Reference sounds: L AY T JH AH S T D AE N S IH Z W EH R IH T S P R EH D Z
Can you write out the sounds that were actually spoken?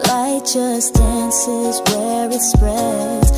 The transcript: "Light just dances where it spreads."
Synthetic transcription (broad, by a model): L AY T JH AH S D AE N S IH Z W EH R IH T S P R EH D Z